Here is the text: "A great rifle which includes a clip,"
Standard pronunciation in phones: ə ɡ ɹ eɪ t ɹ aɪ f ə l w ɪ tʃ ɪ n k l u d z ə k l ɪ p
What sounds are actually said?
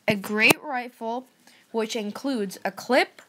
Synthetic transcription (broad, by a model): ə ɡ ɹ eɪ t ɹ aɪ f l w ɪ tʃ ɪ n k l u d z ə k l ɪ p